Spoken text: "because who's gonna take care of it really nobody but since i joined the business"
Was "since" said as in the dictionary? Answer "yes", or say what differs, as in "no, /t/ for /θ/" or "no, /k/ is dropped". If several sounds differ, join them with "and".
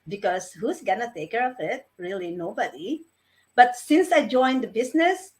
yes